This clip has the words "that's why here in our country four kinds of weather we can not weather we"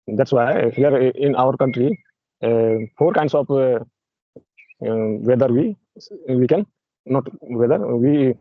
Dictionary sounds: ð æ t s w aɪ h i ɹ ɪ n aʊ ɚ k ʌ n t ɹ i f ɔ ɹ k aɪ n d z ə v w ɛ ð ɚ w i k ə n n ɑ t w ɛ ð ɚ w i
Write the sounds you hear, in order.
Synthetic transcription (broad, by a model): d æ t s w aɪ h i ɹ ɪ n aʊ ɚ k ʌ n t ɹ i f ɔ ɹ k aɪ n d s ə p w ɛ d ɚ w i k ə n n ɑ t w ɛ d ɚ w i